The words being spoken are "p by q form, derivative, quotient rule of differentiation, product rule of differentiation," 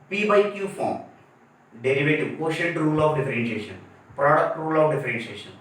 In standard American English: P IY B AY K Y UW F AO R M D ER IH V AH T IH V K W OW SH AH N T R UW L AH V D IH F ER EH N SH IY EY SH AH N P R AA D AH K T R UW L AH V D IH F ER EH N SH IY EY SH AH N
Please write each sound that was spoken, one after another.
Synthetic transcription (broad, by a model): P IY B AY K Y UW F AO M D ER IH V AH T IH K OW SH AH T R UW L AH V D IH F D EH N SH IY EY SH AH N P R AA D AH K T R UW L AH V D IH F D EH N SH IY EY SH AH N